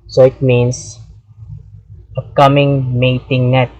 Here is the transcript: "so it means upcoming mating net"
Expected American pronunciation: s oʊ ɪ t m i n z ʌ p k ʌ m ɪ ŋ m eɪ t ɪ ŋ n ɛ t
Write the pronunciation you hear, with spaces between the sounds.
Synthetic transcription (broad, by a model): s oʊ ɪ t m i n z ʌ k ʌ m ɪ ŋ m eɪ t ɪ ŋ n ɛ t